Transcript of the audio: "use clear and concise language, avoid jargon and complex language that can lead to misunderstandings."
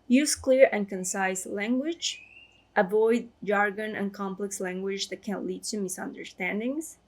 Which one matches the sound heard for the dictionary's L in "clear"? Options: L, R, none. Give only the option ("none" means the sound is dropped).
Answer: L